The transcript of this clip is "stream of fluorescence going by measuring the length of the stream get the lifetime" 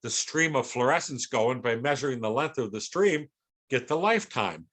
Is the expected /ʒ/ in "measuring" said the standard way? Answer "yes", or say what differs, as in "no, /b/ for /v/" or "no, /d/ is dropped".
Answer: yes